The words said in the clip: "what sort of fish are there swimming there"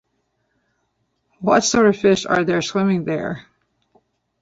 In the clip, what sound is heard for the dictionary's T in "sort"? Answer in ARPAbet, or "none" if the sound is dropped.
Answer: none